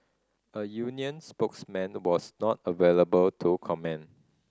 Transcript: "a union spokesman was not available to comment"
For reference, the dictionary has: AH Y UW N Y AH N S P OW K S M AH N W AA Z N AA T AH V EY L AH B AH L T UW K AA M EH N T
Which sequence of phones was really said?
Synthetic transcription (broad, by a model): AH Y UW N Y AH N S P OW K S M AH N W AA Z N AA T AH V EY L AH B AH L T UW K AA M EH N